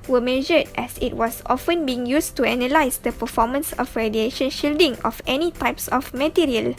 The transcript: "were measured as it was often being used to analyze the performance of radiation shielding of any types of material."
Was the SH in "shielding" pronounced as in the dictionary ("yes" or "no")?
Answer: yes